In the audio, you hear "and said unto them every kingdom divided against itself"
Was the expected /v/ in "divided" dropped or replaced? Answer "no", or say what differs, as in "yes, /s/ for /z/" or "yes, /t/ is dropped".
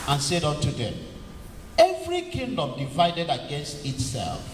no